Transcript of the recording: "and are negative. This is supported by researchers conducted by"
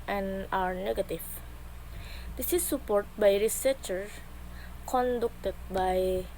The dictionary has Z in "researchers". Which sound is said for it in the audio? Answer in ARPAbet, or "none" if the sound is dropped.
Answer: none